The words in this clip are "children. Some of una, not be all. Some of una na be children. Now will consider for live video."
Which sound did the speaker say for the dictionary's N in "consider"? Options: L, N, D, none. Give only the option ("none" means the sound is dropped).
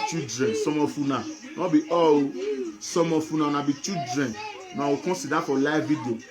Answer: none